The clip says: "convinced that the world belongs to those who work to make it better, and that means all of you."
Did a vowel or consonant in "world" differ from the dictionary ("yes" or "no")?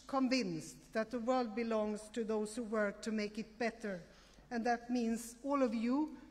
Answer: no